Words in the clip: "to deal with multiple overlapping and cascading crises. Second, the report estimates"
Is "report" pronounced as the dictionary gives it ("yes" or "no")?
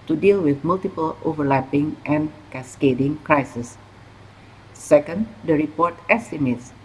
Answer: yes